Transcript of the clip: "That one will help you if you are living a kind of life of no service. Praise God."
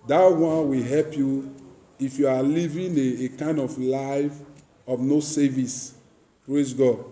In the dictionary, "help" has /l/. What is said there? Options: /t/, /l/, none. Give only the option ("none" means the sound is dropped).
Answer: /l/